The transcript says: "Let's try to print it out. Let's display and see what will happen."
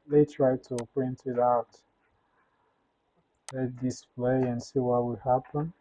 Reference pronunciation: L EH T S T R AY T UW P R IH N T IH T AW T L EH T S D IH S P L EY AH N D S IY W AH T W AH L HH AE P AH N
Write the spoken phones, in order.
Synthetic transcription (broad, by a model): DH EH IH T R AY T UW P R IH N T IH T AW T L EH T D IH S P L EY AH N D S IY W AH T W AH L HH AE P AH N